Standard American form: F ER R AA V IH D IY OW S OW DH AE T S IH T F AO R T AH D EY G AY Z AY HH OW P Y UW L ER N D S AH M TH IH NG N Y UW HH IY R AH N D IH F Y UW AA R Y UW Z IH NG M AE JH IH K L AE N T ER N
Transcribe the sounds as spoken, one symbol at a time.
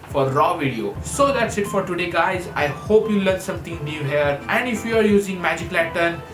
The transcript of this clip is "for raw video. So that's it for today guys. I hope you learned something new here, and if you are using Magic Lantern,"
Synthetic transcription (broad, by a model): F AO R AA V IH D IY OW S OW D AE T S IH T F AO R T AH D EY G AY Z AY HH OW P Y UW L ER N S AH M T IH NG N Y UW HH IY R AH N D IH F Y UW AA R Y UW Z IH NG M AE JH IH K L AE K T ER N